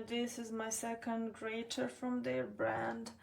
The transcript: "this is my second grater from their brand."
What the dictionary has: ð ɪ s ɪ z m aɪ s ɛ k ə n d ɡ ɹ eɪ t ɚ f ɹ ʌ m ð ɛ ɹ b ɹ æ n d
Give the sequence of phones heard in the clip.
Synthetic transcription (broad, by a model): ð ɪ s ɪ z m aɪ s ɛ k ə n d ɡ ɹ eɪ t ɚ f ɹ ʌ m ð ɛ ɹ b ɹ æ n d